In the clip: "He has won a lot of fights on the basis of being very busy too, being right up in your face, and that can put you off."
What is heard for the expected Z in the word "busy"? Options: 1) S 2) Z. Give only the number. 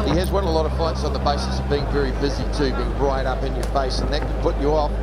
2